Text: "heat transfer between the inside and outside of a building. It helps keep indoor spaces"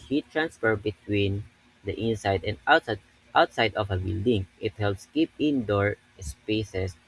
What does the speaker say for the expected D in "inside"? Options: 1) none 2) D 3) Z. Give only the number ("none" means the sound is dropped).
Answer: 2